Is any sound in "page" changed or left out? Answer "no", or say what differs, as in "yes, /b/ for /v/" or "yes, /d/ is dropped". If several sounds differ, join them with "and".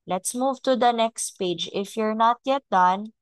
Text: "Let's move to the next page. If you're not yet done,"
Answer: no